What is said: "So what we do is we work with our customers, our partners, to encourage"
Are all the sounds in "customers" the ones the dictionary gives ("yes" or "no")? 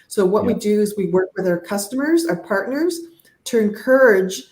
yes